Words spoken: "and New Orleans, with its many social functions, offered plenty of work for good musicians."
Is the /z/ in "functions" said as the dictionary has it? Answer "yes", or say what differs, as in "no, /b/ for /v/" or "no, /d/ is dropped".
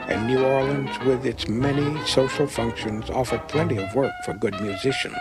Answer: yes